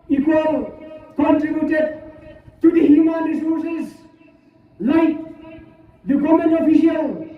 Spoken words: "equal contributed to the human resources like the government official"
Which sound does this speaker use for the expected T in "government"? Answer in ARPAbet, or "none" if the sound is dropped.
none